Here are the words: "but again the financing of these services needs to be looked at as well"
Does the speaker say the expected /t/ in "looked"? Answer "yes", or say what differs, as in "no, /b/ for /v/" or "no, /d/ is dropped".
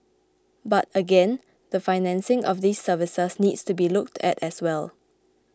yes